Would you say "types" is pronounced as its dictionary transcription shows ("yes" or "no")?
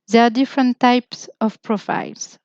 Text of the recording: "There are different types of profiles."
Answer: yes